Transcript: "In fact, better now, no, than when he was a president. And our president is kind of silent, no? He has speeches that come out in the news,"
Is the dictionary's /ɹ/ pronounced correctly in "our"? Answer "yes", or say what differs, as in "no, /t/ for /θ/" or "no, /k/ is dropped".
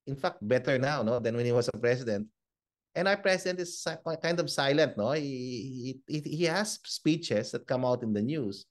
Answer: no, /w/ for /ɹ/